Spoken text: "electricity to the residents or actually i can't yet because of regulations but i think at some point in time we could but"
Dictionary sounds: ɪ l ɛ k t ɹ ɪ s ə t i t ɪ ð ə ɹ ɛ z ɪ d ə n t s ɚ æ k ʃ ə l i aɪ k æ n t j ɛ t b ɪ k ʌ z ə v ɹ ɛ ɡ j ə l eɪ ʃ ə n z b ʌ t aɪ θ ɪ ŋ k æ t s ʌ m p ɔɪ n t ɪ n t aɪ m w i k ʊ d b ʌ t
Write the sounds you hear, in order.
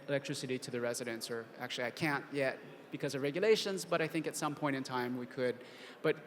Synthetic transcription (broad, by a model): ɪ l ɛ k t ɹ ɪ s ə t i t ɪ ð ə ɹ ɛ z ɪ d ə n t s ɚ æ k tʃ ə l i aɪ k æ n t j ɛ t b ɪ k ʌ z ə v ɹ ɛ ɡ j l eɪ ʃ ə n z b ʌ t aɪ θ ɪ ŋ k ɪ t s ʌ m p ɔɪ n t ɪ n t aɪ m w i k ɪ d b ʌ t